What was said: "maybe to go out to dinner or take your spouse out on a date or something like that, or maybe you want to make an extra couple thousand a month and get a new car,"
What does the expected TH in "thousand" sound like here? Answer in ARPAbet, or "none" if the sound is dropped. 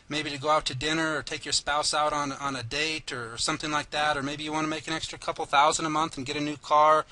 TH